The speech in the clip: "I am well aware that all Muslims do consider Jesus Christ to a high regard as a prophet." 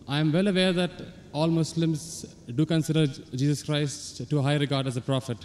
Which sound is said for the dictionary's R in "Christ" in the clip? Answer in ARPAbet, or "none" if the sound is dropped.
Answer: R